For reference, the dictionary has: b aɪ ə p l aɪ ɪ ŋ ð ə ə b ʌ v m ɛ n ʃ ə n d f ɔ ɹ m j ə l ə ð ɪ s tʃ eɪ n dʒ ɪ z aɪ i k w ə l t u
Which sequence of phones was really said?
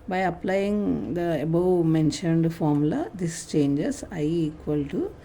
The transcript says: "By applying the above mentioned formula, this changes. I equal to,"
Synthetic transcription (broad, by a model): b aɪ ə p l aɪ ɪ ŋ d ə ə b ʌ w m ɛ n ʃ ə n d f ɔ ɹ m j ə l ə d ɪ s tʃ eɪ n dʒ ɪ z aɪ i k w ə l t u